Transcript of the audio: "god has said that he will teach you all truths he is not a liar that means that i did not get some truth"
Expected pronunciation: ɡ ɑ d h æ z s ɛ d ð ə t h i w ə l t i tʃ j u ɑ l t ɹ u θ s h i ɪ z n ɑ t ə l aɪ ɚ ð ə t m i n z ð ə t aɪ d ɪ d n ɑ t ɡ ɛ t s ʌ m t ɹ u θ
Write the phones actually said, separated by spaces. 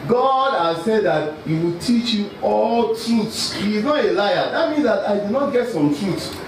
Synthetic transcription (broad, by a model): ɡ ɑ d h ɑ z s ɛ d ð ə t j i w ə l t i tʃ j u ɑ l t ɹ u t s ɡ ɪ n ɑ ə l aɪ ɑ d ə t m i n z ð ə t aɪ d ɪ d n ɑ t ɡ ɛ t s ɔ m t ɹ u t